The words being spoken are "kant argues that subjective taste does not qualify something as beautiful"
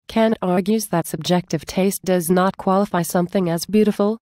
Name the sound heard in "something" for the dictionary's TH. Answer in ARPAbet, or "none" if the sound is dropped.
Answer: TH